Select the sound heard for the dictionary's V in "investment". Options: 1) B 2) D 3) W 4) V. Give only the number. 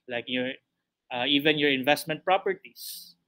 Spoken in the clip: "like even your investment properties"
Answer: 4